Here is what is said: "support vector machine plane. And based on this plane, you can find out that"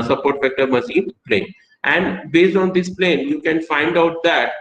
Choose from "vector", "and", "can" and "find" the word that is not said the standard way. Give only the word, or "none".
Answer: vector